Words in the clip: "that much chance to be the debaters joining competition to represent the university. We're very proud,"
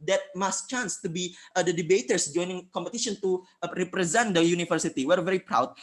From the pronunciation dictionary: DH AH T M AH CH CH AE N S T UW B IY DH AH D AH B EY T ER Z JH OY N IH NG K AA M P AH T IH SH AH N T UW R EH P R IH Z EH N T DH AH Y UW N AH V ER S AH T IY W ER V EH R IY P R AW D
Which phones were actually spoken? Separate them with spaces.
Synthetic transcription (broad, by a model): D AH T M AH S CH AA N S T UW B IY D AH D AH B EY T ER S JH OY N IH NG K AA M P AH T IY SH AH N T UW R EH P R IH Z EH N T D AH Y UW N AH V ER S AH T IY W ER V EH R IY P R AW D